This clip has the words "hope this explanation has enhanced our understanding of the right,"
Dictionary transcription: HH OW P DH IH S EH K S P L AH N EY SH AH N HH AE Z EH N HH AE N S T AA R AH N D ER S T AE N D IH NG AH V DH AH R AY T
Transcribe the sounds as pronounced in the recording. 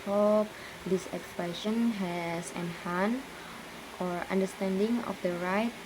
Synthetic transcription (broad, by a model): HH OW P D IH S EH K S P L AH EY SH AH N HH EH S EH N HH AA N T AA R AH N D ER S T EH N D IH NG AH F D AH R AY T